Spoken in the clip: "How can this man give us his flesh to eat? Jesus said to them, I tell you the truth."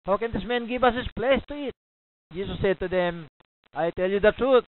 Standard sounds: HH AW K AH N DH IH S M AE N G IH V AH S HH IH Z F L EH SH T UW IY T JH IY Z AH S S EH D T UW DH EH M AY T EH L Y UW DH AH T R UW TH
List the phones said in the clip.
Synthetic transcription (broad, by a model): HH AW K AH N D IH S M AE N G IH V AH S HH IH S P L EH S T UW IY T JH IY S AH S S EH D T UW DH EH M AY T EH L Y UW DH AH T R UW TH